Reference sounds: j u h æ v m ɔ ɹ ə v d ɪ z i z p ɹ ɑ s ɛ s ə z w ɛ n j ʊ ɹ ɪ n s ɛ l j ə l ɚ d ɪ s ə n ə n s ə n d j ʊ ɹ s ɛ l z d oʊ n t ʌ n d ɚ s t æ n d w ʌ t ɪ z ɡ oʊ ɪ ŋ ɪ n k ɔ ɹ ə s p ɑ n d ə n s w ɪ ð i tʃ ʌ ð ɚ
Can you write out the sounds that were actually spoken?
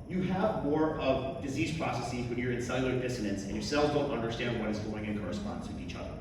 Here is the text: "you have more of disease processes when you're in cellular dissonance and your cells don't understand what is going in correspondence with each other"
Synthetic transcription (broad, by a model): j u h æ v m ɔ ɹ ə v d ɪ z i z p ɹ ɑ s ɛ s ə z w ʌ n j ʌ ɹ ɪ n s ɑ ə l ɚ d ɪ s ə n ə n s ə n j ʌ ɹ s ɛ l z d oʊ n t ʌ n d ɚ s t æ n d w ʌ t ɪ z ɡ oʊ ɪ ŋ ɪ n k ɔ ɹ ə s p ɑ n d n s w ɪ ð i tʃ ʌ ð ɚ